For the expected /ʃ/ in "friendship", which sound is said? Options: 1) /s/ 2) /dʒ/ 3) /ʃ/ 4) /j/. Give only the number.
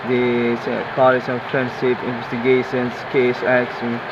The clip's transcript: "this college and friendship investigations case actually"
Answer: 1